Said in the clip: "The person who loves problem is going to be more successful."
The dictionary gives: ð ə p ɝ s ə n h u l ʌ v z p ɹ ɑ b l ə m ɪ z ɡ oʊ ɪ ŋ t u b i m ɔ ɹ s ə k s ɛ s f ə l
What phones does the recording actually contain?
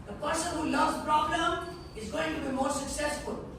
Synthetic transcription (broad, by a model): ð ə p ɝ s ə n h u l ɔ z p ɹ ɑ b l ə m ɪ z ɡ oʊ ɪ ŋ t u b i m ɔ ɹ s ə k s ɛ s f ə l